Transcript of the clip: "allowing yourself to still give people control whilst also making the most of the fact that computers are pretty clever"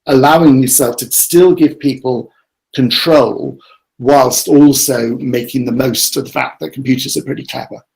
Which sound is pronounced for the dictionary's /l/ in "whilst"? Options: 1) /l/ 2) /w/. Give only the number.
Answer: 1